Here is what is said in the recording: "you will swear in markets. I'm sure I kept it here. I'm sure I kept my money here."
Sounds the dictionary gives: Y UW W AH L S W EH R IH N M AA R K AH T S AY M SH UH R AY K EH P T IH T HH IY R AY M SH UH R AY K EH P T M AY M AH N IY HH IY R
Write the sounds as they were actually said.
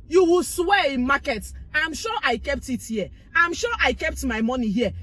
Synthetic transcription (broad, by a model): Y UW W AH L S W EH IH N M AA K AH T AY M SH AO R AY K EH P T IH T HH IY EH AY M SH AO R AY K EH P T M AY M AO N IY HH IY